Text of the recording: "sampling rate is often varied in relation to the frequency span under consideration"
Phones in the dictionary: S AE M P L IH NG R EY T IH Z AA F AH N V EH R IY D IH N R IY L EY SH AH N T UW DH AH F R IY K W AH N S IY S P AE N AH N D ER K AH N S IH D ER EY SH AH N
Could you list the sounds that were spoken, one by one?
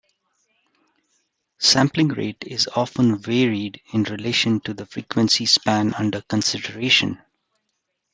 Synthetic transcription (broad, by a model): S AE M P L IH NG R EY T IH Z AA F AH N V EH R IY D IH N R IY L EY SH AH N T UW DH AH F R IY K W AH N S IY S P AE N AH N D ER K AH N S IH D ER EY SH AH N